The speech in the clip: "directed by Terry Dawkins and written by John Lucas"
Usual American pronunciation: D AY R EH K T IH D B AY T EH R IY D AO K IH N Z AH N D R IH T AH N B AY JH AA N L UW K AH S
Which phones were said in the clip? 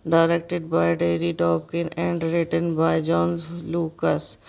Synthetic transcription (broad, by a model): D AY R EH K T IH D B AY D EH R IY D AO K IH N AH N D R IH T AH N B AY JH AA N L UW K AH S